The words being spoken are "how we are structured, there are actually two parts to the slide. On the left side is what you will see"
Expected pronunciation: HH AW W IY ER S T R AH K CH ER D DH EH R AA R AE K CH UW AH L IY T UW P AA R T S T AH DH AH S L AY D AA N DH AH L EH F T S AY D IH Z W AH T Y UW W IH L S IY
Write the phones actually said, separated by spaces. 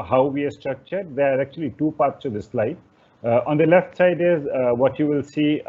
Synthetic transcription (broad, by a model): HH AW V IY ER S T R AH K CH ER D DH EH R AA R AE K CH UW AH L IY T UW P AA R T S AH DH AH S L AY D AA N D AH L EH F T S AY D IH Z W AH T Y UW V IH L S IY